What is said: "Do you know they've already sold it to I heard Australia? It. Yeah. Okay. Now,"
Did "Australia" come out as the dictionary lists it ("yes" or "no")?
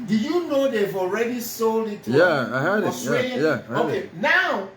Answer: no